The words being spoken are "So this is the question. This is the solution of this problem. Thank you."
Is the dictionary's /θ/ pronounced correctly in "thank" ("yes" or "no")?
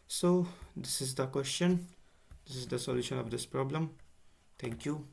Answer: no